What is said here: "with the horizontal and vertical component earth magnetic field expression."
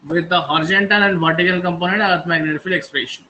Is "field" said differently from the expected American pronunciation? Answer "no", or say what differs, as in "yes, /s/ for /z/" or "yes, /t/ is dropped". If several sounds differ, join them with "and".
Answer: yes, /d/ is dropped